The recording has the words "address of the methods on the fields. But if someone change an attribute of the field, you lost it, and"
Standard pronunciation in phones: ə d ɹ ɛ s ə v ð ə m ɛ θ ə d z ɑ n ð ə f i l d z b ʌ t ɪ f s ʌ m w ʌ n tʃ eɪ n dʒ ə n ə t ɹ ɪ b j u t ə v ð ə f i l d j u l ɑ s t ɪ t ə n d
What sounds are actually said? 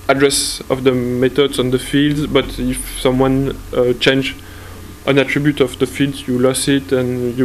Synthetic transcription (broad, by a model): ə d ɹ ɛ s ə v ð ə m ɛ t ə d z ɑ n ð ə f i l d z b ʌ t ɪ f s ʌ m w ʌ n tʃ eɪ n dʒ ə n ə t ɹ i b j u t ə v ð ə f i l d j u l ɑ s ɪ t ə n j